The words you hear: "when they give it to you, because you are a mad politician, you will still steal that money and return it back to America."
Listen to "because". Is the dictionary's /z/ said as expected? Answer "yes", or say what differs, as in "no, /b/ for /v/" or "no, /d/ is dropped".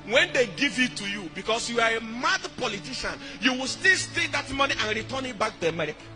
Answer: no, /s/ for /z/